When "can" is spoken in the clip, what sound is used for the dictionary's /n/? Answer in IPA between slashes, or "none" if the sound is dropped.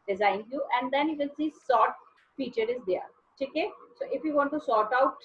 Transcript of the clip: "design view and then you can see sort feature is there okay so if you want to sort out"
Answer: /l/